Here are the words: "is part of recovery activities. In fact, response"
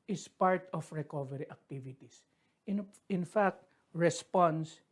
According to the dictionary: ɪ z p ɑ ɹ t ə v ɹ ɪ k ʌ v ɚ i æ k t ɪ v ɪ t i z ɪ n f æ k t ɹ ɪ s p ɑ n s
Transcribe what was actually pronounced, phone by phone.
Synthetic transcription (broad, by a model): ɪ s p ɑ ɹ t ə f ɹ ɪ k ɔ v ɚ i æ k t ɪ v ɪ t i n ɪ n f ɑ k t ɹ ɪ s p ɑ n s